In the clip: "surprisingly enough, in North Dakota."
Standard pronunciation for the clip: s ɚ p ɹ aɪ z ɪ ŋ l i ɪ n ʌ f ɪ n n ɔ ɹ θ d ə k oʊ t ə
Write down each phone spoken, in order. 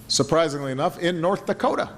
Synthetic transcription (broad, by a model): s ɚ p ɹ aɪ z ɪ ŋ l i ɪ n ʌ f ɪ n n ɔ ɹ θ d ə k oʊ t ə